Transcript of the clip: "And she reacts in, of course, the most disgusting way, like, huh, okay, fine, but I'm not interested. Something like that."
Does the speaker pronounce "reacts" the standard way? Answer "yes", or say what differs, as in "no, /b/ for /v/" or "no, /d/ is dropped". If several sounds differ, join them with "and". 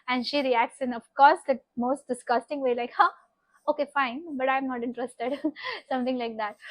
yes